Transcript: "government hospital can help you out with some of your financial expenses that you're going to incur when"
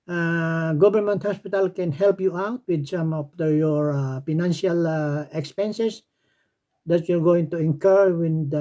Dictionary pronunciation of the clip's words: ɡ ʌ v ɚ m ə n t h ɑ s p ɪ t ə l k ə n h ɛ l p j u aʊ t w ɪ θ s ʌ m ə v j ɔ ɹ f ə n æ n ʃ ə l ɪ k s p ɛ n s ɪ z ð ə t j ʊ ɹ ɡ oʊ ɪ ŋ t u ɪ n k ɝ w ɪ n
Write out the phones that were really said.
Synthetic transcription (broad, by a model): ɡ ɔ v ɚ m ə n t h ɑ s p ɪ t ə l k ə n h ɛ l p j u aʊ t w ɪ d s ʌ m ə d j ɔ ɹ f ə n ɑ n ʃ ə l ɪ k s p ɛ n s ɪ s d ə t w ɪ l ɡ oʊ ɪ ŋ t u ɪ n k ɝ w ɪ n